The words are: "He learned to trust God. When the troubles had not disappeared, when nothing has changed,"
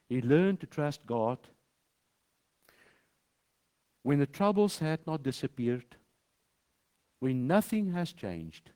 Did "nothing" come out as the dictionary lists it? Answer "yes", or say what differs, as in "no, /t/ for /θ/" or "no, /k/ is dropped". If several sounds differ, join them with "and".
yes